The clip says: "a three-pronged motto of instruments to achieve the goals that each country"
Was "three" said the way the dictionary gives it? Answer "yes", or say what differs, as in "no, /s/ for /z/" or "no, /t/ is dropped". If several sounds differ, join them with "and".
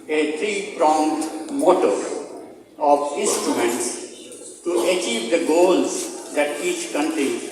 no, /t/ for /θ/